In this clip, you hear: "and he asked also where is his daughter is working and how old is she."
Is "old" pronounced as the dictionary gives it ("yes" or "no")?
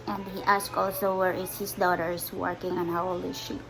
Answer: no